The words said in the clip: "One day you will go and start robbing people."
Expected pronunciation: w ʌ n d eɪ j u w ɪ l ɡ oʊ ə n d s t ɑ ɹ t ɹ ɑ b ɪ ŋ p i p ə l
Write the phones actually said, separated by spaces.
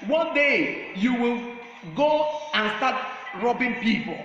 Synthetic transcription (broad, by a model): w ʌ n d eɪ j u w ɪ l ɡ oʊ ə n s t ɑ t ɹ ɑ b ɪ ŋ p i p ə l